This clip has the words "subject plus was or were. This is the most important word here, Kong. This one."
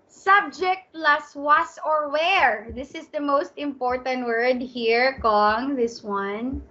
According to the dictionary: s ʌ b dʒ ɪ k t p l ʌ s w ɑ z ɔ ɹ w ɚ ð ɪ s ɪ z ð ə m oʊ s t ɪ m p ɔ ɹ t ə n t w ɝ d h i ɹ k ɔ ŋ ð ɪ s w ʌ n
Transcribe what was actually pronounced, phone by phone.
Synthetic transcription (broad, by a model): s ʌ b dʒ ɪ k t p l ʌ s w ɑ s ɔ ɹ w ɚ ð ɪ s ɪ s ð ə m oʊ s t ɪ m p ɔ ɹ t ə n t w ɝ d h i ɹ k ɔ ŋ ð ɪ s w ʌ n